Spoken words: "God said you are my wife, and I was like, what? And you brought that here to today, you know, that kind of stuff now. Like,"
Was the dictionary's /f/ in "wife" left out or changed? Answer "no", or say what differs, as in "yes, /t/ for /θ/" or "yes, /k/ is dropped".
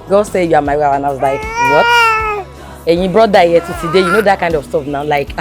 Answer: yes, /f/ is dropped